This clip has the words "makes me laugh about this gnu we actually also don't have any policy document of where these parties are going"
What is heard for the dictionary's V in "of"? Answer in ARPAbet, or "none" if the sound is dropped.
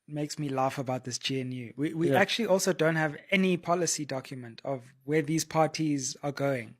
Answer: V